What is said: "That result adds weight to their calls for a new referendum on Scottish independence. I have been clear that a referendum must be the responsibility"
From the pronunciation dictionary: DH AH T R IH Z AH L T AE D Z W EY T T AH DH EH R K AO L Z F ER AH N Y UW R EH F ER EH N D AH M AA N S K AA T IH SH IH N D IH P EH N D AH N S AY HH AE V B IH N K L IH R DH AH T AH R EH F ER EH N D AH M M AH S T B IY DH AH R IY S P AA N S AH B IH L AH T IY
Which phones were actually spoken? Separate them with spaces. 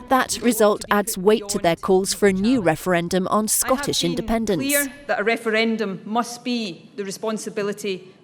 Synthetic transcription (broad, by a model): DH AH T R IH Z AH L T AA D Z W EY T T AH DH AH R K AO L Z F ER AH N Y UW R EH F ER EH N D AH M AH N S K AA T IH SH IH N D IH P EH N D AH N S DH AH T AH R EH F ER EH N D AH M M AH S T B IY DH AH R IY S P AA N S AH B IH L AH T IY